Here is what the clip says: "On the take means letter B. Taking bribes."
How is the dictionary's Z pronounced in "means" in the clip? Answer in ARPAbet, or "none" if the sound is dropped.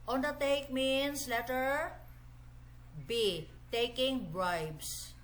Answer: S